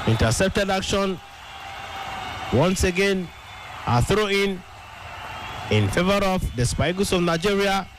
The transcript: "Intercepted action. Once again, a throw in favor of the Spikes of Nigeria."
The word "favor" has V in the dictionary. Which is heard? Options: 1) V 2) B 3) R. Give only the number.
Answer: 1